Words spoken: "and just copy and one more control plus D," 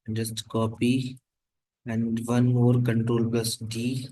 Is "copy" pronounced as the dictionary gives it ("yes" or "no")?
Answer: yes